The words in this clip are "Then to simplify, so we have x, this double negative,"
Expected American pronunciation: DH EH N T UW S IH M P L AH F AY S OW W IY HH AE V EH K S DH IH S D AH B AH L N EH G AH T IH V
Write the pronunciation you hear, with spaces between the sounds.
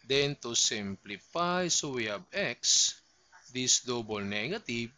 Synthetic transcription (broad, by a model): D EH N T UW S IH M P L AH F AY S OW W IY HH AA B EH K S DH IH S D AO B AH L N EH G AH T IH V